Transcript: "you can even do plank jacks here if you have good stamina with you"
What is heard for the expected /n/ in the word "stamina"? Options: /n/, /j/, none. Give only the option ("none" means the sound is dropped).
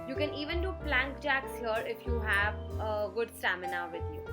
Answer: /n/